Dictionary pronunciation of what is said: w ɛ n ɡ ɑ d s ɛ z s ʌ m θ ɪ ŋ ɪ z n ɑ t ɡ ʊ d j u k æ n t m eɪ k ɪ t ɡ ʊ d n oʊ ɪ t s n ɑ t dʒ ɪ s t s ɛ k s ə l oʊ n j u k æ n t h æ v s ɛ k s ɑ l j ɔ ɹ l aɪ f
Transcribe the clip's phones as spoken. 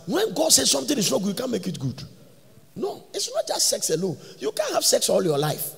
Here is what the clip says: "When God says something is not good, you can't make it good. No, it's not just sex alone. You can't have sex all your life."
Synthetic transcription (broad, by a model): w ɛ n ɡ ɑ d s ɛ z s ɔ m t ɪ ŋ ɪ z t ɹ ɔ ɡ j u k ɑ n m eɪ k ɪ t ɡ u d n oʊ ɪ t s n ɑ t dʒ ɪ s t s ɛ k s ə l oʊ n j u k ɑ n h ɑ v s ɛ k s ɑ l j ɔ l aɪ f